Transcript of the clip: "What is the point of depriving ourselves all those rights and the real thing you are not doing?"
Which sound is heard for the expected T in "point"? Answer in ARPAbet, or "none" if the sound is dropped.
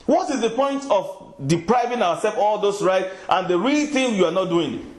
T